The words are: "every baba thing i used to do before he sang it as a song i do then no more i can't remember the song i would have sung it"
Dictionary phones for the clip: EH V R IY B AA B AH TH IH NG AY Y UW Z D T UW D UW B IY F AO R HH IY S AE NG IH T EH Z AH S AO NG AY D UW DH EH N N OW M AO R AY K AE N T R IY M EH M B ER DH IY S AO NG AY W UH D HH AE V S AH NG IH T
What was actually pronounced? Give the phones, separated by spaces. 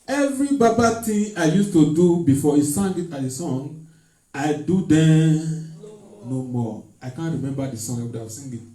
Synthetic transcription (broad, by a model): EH V R IY B AA B AH T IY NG AY Y UW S T UW D UW B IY F AO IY S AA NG IH T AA AH S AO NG AY D UW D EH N N OW M AO AY K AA N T R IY M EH M B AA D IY S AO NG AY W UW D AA S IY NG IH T